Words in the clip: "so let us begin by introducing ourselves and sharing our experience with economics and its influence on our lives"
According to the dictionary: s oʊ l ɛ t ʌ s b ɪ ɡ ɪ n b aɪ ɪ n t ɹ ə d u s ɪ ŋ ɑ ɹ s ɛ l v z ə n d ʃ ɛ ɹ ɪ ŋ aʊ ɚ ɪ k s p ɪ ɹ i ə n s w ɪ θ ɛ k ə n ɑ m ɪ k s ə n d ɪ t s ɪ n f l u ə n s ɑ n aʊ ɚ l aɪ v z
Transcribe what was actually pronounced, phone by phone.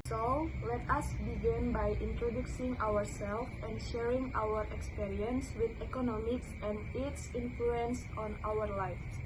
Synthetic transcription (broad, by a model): s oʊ l ɛ t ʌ s b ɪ ɡ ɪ n b aɪ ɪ n t ɹ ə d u s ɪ ŋ ɑ ɹ s ɛ l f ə n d ʃ ɛ ɹ ɪ ŋ aʊ ɚ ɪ k s p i ɹ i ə n s w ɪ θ ɛ k ə n ɑ m ɪ k s ə n d ɪ t s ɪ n f l u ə n s ɑ n aʊ ɚ l aɪ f